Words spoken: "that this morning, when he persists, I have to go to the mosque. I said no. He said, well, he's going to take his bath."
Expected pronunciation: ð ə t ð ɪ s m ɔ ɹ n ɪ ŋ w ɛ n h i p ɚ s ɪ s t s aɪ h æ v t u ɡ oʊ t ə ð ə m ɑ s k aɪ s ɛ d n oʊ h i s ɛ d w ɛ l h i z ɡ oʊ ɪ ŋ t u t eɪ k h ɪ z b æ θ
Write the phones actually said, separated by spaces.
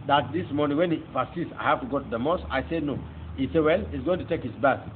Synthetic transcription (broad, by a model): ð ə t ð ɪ s m ɔ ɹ n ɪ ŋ w ɛ n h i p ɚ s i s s aɪ h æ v t u ɡ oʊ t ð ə m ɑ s aɪ s ɛ d n oʊ h i s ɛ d w ɛ l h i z ɡ oʊ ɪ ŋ t u t eɪ k h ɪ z b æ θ